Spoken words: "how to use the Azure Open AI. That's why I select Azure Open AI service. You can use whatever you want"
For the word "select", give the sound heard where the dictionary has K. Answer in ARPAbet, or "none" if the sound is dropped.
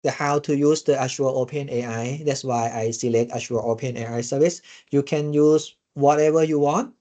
K